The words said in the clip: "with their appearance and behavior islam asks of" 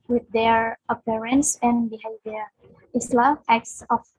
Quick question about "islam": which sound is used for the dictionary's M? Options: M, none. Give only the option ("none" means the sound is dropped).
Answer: none